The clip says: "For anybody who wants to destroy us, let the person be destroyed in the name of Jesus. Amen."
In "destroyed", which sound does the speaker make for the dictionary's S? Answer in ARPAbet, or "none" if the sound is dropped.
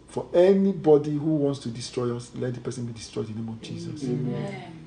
S